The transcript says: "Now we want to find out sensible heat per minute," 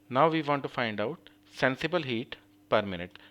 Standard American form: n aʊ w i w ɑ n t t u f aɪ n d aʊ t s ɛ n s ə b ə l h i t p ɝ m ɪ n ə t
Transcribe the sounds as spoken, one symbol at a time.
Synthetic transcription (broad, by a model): n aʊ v i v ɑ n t t u f aɪ n d aʊ t s ɛ n s ə b ə l h i t p ɝ m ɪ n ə t